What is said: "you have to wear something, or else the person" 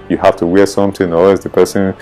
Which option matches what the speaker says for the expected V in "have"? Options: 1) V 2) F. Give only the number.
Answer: 2